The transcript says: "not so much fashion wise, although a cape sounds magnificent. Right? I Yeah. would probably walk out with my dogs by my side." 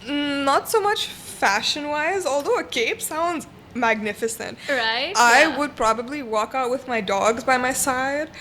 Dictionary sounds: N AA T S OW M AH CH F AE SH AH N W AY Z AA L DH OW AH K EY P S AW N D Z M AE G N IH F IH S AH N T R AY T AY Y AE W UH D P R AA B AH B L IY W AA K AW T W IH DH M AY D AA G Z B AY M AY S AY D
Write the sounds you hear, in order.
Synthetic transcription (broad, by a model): N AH T S OW M AH CH F AE SH AH N W AY Z AA L DH OW AH K EY P S AW N D Z M AE G N IH F IH S AH N T R AY T AY W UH D P R AA B AH B L IY W AA K AW T W IH DH M AY D AA G Z B AY M AY S AY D